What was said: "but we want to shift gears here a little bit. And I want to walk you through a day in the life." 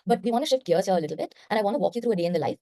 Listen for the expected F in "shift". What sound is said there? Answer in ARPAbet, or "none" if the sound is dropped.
F